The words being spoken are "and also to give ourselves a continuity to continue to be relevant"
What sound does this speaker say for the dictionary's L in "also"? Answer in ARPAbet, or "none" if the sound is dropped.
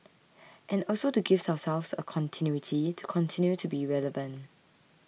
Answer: L